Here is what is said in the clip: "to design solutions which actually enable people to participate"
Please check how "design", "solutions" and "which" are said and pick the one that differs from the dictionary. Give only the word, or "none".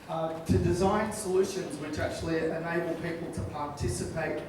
none